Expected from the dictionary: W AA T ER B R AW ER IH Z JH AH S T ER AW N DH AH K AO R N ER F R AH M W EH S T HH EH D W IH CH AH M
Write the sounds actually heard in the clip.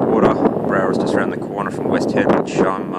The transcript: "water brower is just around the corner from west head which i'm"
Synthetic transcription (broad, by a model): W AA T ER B R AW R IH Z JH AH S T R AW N DH AH K AO R N ER F R AH M W EH S T HH EH D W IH SH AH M